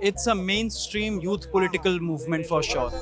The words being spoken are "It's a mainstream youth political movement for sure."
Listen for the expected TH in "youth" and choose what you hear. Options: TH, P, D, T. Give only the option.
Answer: T